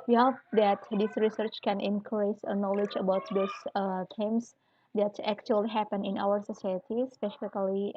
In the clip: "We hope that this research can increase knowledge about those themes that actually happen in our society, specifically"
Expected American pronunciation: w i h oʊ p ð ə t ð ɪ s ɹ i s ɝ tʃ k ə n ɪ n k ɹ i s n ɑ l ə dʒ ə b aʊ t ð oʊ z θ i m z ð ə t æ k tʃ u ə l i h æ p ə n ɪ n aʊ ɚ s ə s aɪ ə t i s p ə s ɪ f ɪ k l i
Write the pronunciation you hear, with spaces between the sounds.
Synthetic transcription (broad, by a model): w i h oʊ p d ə t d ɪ s ɹ i s ɝ tʃ k ə n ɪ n k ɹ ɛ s n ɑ l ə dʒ ə b aʊ t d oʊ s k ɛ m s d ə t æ k tʃ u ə l i h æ p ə n ɪ n aʊ ɚ s ə s aɪ ə t i s p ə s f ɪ k l i